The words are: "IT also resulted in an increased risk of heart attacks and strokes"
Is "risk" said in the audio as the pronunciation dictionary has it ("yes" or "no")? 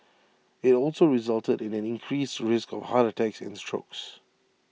yes